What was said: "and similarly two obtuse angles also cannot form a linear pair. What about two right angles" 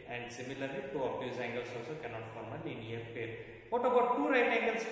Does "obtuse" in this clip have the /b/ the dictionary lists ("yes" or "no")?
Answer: no